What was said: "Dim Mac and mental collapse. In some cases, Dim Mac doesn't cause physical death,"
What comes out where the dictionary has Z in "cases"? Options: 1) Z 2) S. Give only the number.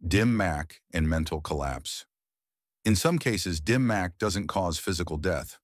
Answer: 1